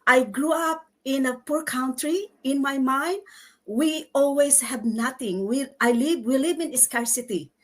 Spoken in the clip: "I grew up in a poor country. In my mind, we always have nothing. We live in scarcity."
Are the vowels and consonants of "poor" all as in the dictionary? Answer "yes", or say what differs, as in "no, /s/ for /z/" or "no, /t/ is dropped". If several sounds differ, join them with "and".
yes